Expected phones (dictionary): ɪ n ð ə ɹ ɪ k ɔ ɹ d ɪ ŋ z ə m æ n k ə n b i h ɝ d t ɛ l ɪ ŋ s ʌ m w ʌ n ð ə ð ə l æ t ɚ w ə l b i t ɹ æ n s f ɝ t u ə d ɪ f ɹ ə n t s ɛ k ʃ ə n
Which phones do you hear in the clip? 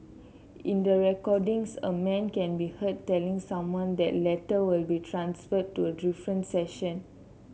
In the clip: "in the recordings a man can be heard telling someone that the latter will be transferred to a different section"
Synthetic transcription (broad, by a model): ɪ n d ə ɹ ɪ k ɔ d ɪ ŋ s ə m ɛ n k ə n b i h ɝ t ɛ l ɪ ŋ s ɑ m w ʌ n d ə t l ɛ t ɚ w ə l b i t ɹ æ n s f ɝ t u ə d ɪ f ɹ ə n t s ɛ ʃ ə n